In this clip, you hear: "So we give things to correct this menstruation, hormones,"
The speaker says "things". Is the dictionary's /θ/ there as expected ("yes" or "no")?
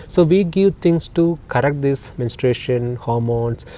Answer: no